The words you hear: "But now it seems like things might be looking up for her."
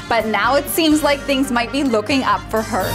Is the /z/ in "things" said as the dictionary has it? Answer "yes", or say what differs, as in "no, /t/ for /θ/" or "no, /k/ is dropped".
yes